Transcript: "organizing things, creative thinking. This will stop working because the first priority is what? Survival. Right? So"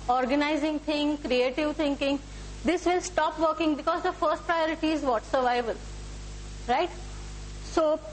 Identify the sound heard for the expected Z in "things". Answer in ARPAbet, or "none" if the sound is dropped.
none